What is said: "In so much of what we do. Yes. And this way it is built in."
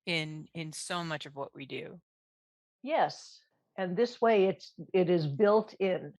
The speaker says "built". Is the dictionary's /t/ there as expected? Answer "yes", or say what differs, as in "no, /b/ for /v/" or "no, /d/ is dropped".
yes